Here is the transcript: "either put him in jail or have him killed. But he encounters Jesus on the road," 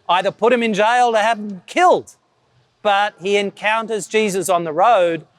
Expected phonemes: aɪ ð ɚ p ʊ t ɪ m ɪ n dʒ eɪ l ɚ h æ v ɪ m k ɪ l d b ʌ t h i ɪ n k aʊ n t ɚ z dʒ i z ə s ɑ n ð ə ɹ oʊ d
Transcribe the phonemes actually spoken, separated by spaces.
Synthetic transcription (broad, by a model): aɪ ð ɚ p ʊ t ɪ m ɪ n dʒ eɪ l ɚ h æ v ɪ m k ɪ l d b ʌ t h i ɪ n k aʊ n t ɚ z dʒ i z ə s n ð ə ɹ oʊ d